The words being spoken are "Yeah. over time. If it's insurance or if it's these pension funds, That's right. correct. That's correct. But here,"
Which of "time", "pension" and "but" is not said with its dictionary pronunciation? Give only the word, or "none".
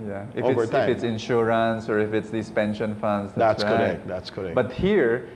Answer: time